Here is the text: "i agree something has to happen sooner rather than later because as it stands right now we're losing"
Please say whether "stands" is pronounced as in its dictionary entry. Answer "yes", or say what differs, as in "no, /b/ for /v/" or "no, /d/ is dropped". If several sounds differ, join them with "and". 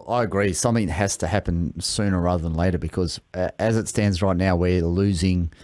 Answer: yes